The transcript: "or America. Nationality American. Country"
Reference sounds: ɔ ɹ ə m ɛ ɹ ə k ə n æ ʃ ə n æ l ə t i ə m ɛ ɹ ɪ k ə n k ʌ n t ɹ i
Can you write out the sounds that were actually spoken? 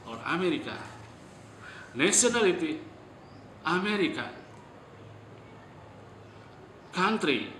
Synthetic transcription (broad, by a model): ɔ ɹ ə m ɛ ɹ ə k ə n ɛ s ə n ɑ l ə t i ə m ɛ ɹ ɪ k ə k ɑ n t ɹ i